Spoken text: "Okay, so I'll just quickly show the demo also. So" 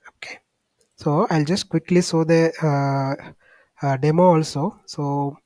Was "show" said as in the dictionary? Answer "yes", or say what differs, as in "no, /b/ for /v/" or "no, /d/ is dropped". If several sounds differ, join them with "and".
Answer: no, /s/ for /ʃ/